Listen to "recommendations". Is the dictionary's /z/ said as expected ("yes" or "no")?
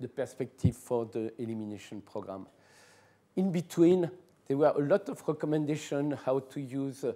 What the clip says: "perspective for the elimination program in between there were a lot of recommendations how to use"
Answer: no